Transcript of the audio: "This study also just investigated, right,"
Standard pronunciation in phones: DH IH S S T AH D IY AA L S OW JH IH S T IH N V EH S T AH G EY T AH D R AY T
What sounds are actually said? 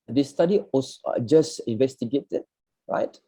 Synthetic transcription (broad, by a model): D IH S S T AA D IY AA S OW JH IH S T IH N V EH S T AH G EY T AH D R AY T